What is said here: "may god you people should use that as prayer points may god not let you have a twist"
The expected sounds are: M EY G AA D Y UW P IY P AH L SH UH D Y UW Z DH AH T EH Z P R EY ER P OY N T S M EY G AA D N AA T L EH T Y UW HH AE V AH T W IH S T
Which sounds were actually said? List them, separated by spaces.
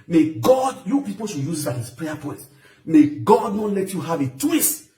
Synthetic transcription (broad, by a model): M EY G AA D Y UW P IY P AH L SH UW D Y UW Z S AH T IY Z P R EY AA P OY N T M EY G AA D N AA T L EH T Y UW HH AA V AH T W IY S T